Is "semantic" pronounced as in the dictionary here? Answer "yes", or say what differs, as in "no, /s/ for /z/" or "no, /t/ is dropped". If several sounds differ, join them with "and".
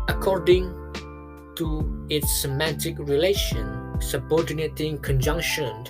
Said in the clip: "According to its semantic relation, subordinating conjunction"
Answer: yes